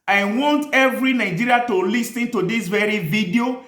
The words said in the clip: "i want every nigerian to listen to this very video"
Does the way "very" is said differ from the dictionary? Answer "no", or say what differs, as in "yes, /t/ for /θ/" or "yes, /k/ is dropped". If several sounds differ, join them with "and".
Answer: no